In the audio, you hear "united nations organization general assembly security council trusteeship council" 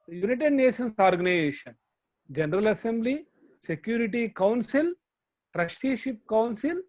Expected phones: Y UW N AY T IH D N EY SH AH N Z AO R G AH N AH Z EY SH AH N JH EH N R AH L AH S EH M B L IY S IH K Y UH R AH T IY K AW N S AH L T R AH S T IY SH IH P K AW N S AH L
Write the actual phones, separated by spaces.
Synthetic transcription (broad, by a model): Y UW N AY T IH D N EY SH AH N S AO R G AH N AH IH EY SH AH N JH EH N R AH L AH S EH M B L IY S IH K Y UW R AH T IY K AW N S AH L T R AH SH T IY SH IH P K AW N S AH L